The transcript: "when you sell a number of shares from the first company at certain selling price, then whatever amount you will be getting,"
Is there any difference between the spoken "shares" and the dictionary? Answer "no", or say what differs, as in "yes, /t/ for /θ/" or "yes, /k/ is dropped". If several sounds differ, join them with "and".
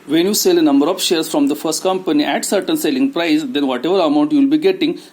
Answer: yes, /s/ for /z/